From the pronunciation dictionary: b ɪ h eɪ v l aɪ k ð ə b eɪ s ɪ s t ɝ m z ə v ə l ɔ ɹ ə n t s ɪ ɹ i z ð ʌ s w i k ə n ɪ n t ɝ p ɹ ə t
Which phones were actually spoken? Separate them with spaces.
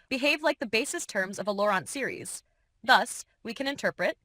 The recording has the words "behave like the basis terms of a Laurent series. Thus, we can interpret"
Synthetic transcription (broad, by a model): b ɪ h eɪ v l aɪ k ð ə b eɪ s ɪ s t ɝ m z ə v ə l ɔ ɹ ə n t s ɪ ɹ i z ð ʌ s w i k ə n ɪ n t ɝ p ɹ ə t